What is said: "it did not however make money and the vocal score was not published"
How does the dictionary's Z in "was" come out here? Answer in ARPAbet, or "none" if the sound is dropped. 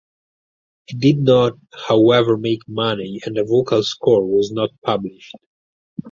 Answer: Z